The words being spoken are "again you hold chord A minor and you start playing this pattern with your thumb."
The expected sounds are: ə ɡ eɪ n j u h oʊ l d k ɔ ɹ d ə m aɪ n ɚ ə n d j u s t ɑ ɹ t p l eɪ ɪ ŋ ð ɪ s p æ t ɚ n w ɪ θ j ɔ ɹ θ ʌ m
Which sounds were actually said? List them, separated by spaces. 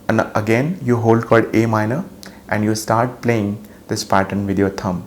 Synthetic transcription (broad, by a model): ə ɡ eɪ n j u h oʊ l d k ɔ l d ə m aɪ n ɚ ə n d j u s t ɑ ɹ t p l eɪ ɪ ŋ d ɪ s p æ t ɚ n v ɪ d j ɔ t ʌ m